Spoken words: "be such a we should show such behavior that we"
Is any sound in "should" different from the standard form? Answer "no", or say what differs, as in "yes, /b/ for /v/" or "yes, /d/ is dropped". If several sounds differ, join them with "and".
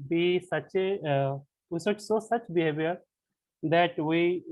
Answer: yes, /s/ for /ʃ/